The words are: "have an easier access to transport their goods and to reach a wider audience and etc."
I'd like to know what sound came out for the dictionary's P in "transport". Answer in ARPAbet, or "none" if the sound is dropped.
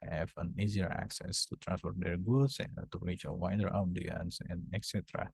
F